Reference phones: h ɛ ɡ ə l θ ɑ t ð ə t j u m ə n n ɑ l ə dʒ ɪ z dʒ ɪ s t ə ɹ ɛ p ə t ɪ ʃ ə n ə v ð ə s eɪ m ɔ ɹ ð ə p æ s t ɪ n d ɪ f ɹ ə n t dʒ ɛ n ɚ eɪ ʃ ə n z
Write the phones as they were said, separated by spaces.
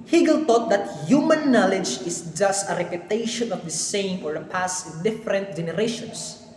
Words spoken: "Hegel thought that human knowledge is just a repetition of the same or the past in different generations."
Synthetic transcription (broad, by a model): h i ɡ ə l t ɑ t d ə t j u m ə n n ɑ l ə dʒ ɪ s dʒ ɪ s t ə ɹ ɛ p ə t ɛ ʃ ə n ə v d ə s eɪ m ɔ ɹ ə p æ s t ɪ n d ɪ f ɹ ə n t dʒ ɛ n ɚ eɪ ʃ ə n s